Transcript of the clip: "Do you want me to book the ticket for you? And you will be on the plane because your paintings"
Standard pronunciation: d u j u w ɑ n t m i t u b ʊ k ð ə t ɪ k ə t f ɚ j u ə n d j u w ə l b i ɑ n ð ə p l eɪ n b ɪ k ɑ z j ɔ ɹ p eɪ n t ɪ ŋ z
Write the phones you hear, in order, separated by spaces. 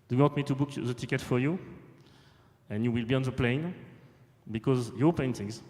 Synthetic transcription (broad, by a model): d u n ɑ t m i t u b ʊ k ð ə t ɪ k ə t f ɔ j u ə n j u w ə l b i ɑ n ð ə p l eɪ n b ɪ k ɑ z j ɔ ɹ p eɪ n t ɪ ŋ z